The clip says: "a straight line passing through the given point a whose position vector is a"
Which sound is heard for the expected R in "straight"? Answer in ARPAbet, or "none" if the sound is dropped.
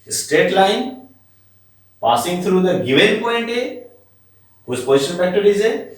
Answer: none